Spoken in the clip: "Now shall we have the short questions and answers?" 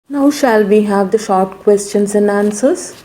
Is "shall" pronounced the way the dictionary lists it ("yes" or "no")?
yes